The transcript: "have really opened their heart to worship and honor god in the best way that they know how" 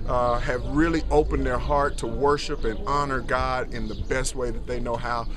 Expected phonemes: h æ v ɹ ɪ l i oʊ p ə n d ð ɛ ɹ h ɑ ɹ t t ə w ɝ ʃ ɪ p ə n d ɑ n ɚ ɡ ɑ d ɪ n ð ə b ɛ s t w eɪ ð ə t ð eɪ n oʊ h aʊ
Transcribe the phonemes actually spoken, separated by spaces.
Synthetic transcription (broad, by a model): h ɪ v ɹ ɪ l i oʊ p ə n ð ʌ ɹ h ɑ ɹ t t ə w ɝ ʃ ɪ p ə n ɑ n ɚ ɡ ɑ d ɪ n ð ə b ɛ s t w eɪ ð ə t ð eɪ n oʊ h aʊ